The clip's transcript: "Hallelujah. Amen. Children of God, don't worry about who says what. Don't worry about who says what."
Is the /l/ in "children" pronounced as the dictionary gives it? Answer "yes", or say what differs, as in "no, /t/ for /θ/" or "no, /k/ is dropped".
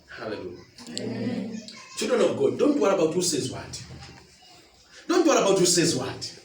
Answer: no, /l/ is dropped